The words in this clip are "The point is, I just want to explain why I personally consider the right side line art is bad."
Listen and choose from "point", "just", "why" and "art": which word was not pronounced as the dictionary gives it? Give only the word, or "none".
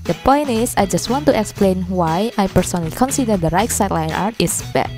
none